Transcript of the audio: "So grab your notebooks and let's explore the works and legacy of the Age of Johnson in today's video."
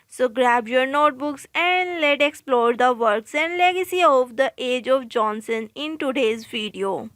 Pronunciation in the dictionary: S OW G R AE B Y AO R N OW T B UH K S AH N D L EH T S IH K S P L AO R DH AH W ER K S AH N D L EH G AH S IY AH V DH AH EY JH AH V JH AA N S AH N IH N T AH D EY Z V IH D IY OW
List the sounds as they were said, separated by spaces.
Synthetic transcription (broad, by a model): S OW G R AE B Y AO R N OW T B UH K S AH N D L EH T IH K S P L AO R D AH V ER K S AH N D L EH G AH S IY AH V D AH EY JH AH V JH AA N S AH N IH N T AH D EY Z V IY D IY OW